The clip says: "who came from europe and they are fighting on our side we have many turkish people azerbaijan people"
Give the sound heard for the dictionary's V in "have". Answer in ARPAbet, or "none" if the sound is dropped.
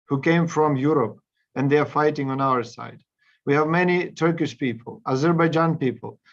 V